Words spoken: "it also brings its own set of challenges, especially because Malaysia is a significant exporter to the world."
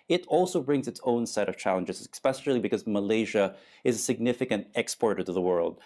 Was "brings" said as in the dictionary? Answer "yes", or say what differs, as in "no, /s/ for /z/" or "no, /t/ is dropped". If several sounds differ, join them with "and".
yes